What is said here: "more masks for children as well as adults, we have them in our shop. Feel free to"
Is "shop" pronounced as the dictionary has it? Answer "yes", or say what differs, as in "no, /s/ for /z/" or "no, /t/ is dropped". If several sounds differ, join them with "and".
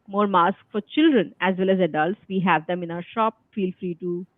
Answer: yes